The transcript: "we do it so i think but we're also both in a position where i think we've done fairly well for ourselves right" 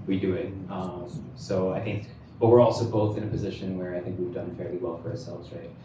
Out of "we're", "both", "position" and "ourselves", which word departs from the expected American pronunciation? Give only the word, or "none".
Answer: none